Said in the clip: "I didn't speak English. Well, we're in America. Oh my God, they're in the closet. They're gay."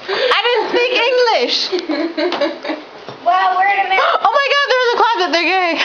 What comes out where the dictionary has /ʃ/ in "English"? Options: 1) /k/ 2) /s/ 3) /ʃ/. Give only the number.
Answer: 3